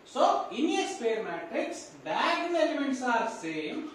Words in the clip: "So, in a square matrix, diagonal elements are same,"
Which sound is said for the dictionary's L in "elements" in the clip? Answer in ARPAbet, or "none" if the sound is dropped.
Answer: none